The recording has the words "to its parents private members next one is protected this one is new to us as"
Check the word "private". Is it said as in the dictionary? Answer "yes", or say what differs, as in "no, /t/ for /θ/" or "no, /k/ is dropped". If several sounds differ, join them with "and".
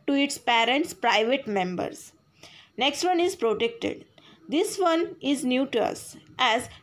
yes